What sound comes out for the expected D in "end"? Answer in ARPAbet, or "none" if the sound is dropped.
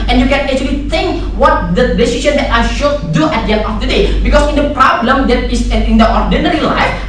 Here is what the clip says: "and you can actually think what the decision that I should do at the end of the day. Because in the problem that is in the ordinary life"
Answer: none